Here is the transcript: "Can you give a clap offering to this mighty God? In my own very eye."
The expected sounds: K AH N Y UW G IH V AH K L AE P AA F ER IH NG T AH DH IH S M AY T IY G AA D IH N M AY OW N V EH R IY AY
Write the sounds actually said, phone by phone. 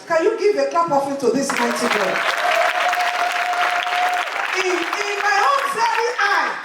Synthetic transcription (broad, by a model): K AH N Y UW G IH V AH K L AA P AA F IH T AH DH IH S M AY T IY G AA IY IH N M AY OW N F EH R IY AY